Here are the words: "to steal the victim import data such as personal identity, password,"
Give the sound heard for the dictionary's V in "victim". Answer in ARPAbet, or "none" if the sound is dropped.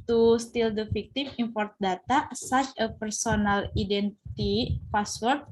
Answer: F